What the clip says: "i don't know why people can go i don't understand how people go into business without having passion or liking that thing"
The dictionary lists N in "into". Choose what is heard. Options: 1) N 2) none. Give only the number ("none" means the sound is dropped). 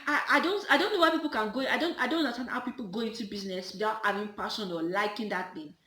1